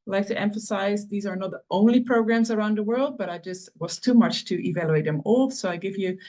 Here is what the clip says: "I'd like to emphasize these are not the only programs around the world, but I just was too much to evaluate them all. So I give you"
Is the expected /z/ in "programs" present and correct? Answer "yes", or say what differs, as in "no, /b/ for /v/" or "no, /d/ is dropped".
yes